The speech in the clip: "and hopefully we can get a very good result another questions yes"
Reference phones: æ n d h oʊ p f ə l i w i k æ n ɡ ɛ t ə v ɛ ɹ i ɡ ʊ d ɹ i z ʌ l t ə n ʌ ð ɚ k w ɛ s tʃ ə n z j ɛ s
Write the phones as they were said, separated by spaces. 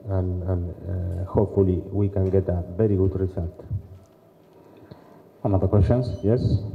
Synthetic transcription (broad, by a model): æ n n h oʊ p f ə l i w i k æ n ɡ ɛ t ə v ɛ ɹ i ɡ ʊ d ɹ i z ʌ l t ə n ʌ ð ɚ k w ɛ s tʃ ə n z j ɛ s